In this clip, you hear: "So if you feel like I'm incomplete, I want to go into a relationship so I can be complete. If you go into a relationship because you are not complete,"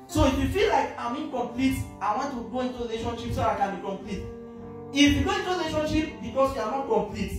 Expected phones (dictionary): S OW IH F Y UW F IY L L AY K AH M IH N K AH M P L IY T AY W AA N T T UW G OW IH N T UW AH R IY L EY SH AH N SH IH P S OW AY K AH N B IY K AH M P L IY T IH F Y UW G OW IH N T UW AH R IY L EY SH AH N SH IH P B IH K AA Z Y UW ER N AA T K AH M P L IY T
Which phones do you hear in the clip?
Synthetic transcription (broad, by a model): S OW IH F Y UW F IY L L AY K AH M IH N K AH M P L IY T AY W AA N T T UW G OW IH N T UW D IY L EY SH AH N SH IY P S OW AY K AH N B IY K AH M P L IY T IH F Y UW G OW IH N T UW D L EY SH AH N SH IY P B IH K AA S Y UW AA N AA T K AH M P L IY T